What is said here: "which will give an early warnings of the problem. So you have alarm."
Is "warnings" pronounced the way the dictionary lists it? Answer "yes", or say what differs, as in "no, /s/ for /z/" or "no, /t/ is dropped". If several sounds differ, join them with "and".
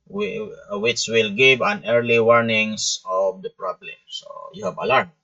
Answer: no, /s/ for /z/